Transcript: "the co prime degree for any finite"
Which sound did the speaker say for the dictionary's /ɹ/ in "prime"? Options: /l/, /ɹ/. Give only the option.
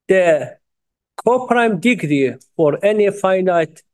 /ɹ/